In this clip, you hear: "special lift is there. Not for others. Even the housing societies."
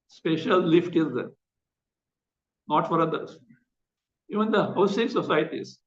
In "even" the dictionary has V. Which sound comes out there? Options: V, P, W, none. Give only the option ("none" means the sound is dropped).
V